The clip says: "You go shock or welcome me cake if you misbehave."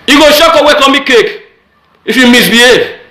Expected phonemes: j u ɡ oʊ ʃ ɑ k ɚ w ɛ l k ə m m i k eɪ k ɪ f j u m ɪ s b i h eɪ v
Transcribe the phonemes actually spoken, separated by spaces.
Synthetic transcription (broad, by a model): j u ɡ oʊ ʃ ɑ k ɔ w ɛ k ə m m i k eɪ k ɪ f j u m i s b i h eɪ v